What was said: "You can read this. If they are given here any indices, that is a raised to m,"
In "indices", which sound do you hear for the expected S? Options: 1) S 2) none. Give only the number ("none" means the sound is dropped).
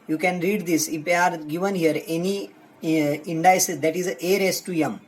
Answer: 2